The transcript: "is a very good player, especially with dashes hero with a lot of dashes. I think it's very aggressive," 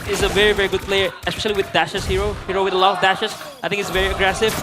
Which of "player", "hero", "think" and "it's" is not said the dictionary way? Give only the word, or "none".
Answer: think